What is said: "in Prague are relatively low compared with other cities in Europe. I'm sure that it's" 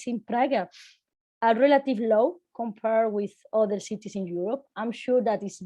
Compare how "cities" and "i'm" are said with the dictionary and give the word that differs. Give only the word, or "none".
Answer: cities